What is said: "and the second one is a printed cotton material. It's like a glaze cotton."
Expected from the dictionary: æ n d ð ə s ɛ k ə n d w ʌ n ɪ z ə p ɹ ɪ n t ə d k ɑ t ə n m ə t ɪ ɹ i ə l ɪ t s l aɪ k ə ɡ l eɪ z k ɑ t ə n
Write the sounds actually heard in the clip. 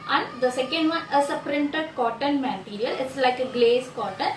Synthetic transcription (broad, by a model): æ n d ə s ɛ k ə n d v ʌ n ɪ s ə p ɹ ɪ n t ə d k ɑ t ə n m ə t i ɹ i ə l ɪ t s l aɪ k ə ɡ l eɪ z k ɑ t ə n